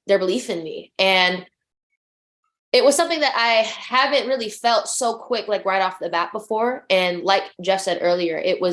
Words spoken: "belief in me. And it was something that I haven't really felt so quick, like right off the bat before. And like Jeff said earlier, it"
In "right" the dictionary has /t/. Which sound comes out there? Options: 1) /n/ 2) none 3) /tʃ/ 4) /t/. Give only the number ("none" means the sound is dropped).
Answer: 4